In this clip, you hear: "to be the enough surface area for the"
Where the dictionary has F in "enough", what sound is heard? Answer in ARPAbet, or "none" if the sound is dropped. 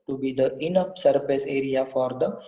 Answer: P